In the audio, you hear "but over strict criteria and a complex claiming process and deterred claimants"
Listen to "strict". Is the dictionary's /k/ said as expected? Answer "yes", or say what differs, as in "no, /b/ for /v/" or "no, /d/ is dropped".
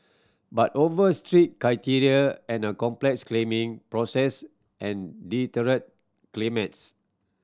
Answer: no, /k/ is dropped